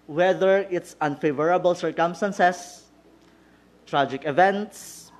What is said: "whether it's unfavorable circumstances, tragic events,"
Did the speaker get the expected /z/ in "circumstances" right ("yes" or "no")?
no